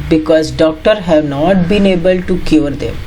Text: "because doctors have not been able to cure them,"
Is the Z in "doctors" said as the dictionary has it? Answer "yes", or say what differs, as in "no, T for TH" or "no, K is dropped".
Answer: no, Z is dropped